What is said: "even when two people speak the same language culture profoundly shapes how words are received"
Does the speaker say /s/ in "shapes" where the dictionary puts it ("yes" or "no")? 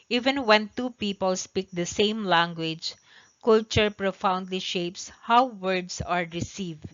yes